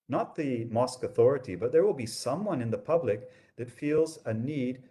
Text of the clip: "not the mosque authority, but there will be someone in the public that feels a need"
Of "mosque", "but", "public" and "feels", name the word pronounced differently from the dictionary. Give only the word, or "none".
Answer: none